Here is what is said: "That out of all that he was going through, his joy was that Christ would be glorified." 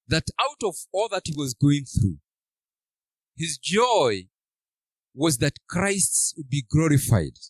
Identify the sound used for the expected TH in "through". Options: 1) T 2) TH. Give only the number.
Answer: 2